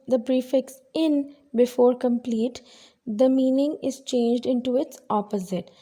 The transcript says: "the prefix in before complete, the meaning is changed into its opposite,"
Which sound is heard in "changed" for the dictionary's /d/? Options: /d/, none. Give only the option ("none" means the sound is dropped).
/d/